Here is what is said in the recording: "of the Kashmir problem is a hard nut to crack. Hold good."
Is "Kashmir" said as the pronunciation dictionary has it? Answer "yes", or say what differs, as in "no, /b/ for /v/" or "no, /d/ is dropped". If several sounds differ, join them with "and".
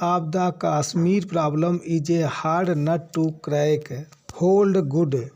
no, /s/ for /ʃ/